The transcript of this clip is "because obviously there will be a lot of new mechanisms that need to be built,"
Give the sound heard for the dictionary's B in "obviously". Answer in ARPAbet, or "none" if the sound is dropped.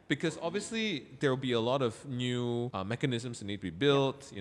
B